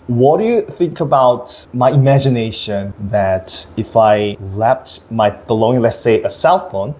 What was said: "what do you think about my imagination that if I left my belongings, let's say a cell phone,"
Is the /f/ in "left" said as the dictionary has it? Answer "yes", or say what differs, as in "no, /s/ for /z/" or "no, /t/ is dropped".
no, /p/ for /f/